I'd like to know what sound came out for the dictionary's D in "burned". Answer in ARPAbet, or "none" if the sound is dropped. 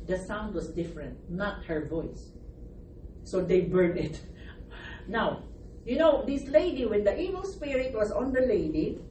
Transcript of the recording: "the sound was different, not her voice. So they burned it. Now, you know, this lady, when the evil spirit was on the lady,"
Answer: none